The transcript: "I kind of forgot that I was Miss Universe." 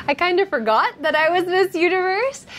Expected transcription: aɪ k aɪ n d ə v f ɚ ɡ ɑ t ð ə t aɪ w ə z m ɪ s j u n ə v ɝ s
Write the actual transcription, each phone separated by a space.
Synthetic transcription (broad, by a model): aɪ k aɪ n d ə f ɚ ɡ ɑ t ð ə t aɪ w ə z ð ɪ s j u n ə v ɝ s